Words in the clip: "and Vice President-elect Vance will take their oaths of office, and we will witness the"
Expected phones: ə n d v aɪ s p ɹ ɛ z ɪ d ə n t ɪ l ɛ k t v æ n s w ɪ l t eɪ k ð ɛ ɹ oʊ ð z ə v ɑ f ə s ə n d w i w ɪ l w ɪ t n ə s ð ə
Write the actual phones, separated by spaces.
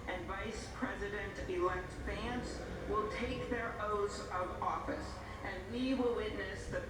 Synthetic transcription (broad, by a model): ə n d v aɪ s p ɹ ɛ z ɪ d ə n t ɪ l ɛ k t f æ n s w ɪ l t eɪ k ð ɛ ɹ oʊ z ə v ɑ f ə s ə n w i w ɪ l w ɪ t n ə s ð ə